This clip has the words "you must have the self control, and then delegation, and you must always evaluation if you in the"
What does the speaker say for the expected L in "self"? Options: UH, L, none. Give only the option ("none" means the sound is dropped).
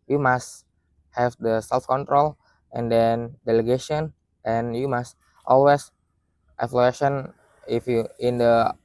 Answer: L